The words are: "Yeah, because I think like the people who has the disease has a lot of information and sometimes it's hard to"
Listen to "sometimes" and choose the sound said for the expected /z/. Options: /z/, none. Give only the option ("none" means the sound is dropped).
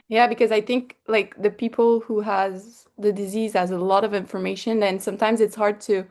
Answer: /z/